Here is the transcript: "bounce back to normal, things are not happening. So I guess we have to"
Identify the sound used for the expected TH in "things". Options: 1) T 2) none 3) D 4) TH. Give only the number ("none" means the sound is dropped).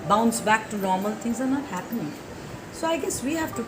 1